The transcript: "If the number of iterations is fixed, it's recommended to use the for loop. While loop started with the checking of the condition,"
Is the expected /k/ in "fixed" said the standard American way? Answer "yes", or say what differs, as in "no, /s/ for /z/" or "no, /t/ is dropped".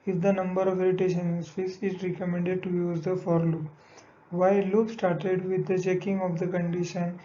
no, /k/ is dropped